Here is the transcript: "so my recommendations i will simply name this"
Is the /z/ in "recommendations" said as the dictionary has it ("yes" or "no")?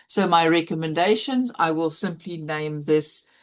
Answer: yes